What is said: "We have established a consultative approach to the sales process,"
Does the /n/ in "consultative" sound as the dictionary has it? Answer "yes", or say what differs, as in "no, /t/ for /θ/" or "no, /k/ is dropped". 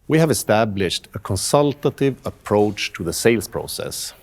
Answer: yes